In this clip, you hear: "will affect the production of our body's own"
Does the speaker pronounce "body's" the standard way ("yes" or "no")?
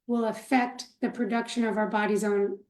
yes